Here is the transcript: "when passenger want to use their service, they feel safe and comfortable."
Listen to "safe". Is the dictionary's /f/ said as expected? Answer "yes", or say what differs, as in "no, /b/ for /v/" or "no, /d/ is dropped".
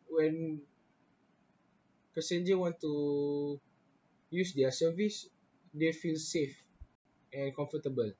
yes